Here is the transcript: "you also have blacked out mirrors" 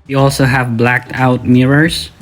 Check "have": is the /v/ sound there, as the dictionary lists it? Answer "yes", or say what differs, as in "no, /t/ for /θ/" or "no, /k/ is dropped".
yes